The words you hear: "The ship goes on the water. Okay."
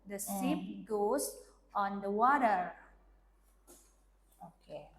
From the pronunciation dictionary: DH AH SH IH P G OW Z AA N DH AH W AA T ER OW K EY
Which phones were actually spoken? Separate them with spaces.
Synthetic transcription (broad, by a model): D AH S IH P G OW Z AA N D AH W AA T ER OW K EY